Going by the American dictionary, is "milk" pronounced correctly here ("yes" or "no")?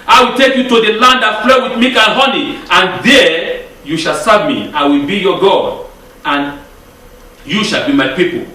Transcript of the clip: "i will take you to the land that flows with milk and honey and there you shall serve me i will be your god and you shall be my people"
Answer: no